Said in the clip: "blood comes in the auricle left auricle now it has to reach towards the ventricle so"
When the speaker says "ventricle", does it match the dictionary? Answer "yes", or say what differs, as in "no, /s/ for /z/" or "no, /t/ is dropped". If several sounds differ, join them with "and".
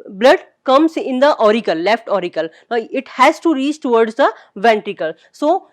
yes